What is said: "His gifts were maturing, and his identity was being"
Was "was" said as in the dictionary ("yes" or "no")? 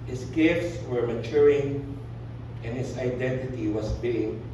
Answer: no